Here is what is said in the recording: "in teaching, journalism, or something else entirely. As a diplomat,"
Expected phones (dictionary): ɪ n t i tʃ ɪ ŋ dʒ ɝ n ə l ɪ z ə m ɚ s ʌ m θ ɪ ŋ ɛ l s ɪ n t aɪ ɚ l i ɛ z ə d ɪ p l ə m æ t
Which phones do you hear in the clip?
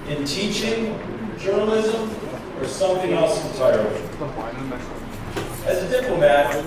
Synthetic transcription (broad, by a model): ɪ n t i tʃ ɪ ŋ dʒ ɝ n ə l ɪ z ə m ɚ s ʌ m θ ɪ ŋ ɛ l s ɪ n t aɪ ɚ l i z ə d ɪ p l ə m æ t